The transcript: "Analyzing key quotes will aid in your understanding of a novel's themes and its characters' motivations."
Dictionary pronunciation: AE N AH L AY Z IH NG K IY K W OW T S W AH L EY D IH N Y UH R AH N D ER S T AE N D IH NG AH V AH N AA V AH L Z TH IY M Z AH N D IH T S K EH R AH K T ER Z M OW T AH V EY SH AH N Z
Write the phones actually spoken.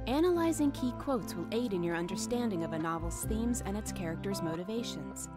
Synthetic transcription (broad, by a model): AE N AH L AY Z IH NG K IY K W OW T S W AH L EY D IH N Y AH R AH N D ER S T AE N D IH NG AH V AH N AA V L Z TH IY M Z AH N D IH T S K EH R AH K T ER Z M OW T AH V EY SH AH N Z